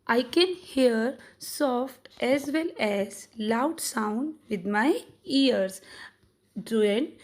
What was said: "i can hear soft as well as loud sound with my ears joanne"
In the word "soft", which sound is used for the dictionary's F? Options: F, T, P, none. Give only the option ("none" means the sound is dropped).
F